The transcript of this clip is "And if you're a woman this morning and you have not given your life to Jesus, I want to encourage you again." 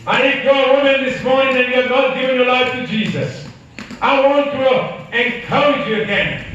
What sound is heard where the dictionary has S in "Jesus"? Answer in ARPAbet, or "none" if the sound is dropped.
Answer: S